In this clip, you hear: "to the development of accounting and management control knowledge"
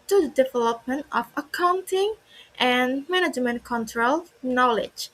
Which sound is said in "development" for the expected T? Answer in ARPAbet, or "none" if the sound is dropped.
T